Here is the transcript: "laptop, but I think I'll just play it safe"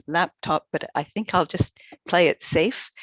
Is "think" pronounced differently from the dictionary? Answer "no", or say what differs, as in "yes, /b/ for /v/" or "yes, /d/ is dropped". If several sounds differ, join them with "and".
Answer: no